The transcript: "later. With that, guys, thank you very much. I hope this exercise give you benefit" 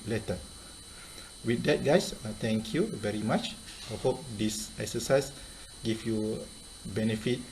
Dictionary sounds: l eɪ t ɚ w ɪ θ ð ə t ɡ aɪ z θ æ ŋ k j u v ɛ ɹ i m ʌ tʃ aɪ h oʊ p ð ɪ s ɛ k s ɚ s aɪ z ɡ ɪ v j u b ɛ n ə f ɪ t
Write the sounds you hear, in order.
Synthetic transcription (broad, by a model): l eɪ t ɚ w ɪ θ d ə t ɡ aɪ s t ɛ ŋ k j u v ɛ ɹ i m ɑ tʃ aɪ h oʊ p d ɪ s ɛ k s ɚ s aɪ s ɡ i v j u b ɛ n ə f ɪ t